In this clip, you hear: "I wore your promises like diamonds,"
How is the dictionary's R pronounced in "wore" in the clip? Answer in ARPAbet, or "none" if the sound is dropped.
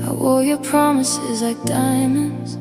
L